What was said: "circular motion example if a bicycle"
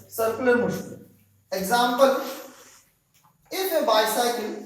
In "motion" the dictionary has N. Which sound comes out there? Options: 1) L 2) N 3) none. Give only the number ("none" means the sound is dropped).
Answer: 3